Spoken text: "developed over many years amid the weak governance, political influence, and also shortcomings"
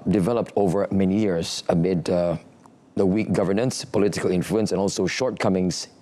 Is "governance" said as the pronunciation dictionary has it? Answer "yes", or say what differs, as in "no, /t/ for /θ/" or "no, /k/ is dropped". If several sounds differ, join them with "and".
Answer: yes